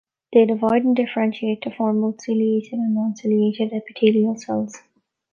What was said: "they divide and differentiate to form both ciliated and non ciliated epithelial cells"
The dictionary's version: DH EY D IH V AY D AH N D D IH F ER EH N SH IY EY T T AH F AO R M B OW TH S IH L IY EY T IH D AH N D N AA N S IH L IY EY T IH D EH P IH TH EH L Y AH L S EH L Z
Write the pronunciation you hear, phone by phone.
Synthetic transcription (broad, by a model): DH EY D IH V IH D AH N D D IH F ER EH N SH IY EY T T AH F AO R M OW T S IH L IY EY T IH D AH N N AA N S IH L IY EY T IH D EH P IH T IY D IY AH L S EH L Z